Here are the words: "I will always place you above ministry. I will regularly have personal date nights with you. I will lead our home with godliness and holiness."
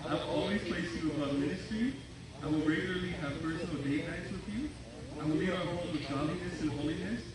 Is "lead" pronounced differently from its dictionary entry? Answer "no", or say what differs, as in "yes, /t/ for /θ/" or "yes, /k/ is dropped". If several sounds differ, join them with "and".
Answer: yes, /d/ is dropped